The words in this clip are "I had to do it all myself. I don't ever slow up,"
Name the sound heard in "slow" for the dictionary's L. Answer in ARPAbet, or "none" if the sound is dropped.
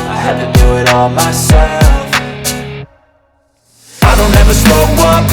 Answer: none